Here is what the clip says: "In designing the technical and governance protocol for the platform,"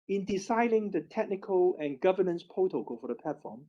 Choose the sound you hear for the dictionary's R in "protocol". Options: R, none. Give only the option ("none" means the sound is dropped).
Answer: none